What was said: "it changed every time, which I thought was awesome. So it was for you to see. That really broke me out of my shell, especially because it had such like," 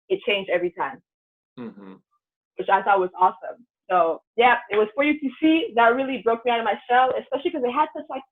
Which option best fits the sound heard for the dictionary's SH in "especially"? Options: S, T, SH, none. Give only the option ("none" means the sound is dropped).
SH